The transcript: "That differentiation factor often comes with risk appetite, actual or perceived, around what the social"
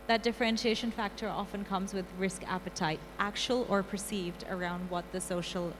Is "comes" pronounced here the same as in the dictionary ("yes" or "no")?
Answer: yes